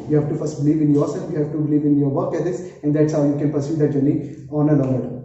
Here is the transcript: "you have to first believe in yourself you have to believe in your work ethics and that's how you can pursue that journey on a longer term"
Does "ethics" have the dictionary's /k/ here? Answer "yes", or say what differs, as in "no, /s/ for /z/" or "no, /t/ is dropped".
no, /k/ is dropped